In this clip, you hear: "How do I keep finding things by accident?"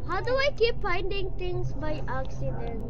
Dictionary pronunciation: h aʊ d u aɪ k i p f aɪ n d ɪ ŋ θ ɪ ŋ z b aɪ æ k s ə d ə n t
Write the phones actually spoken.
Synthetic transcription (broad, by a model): h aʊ d u aɪ k i p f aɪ n d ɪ ŋ t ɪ ŋ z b aɪ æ k s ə d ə n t